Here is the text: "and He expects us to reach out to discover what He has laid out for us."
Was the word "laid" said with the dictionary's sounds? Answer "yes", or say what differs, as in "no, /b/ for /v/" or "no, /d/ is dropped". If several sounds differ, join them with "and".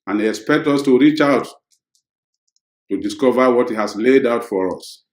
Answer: yes